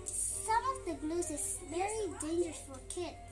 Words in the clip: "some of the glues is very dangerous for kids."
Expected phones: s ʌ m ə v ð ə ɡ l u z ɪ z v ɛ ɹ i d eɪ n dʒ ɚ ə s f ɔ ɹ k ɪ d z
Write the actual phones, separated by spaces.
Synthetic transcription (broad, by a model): s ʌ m ə v ð ə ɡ l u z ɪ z v ɛ ɹ i d eɪ n dʒ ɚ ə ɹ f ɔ l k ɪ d